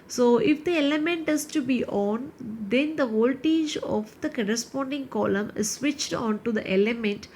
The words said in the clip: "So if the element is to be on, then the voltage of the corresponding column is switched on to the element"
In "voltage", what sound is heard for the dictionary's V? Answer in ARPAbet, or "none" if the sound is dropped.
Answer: V